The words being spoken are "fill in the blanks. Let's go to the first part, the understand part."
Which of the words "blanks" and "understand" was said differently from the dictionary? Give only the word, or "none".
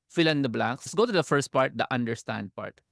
blanks